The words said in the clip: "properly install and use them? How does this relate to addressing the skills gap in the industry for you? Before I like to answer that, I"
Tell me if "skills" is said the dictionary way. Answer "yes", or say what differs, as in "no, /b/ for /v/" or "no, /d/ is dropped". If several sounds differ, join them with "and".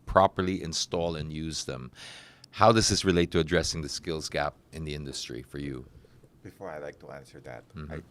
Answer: yes